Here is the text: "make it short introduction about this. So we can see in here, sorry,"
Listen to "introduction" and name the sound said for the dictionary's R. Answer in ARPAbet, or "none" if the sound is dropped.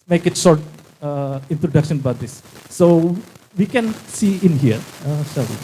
R